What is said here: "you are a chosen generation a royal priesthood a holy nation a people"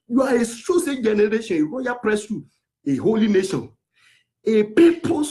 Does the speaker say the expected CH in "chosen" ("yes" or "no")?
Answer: no